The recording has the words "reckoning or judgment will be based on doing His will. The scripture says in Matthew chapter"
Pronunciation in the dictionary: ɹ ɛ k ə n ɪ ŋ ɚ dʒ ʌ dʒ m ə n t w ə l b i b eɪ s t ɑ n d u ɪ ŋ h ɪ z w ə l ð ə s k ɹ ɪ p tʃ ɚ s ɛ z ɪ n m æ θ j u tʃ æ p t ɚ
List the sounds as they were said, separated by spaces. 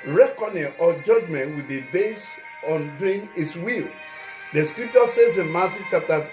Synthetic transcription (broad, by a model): ɹ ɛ k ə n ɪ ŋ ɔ dʒ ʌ dʒ m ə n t w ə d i b eɪ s ɑ n d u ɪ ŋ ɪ s w ə l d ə s k ɹ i p tʃ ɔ s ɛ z ɪ n m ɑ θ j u tʃ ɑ p t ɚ